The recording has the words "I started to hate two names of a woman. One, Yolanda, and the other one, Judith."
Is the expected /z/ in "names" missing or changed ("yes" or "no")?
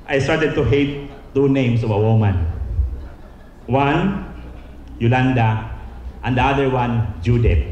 yes